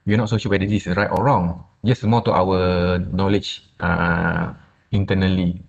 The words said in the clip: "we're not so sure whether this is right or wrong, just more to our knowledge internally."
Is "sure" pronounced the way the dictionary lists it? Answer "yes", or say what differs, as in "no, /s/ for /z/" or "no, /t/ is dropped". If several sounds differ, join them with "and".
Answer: no, /l/ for /ɹ/